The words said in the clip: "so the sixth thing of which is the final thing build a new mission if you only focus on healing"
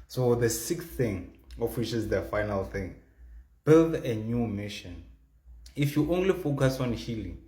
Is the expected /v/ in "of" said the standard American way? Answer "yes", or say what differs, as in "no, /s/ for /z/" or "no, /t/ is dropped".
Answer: no, /f/ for /v/